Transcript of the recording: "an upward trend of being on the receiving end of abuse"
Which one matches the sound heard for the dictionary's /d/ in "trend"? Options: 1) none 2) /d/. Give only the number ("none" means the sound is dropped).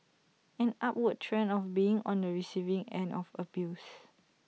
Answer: 1